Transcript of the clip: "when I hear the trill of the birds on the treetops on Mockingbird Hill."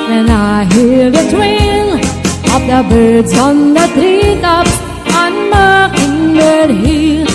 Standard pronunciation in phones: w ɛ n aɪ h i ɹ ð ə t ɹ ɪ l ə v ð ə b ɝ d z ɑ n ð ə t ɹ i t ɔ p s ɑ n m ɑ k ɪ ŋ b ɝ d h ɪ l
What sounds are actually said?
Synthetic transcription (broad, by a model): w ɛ n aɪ h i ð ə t w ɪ n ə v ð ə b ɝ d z ɑ n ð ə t ɹ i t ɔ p ɑ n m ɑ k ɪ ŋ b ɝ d h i